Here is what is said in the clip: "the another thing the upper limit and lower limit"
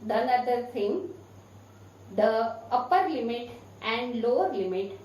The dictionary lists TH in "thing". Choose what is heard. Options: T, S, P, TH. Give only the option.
S